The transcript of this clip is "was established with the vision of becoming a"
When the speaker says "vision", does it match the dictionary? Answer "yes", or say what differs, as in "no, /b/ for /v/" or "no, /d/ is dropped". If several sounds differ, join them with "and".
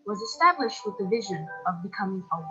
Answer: yes